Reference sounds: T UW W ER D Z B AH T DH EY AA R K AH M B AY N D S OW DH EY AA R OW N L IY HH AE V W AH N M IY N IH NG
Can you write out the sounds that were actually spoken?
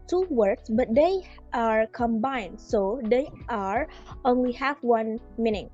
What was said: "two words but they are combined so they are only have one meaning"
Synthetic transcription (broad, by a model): T UW W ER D S B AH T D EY AA R K AH M B AY N D S OW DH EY AA R OW N L IY HH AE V W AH N M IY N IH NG